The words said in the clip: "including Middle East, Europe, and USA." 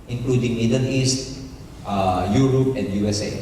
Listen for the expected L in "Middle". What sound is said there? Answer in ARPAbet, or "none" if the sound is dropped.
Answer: N